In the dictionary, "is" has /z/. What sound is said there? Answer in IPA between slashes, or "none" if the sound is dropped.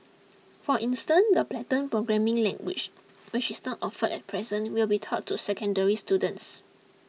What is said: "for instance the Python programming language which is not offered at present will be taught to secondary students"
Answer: /s/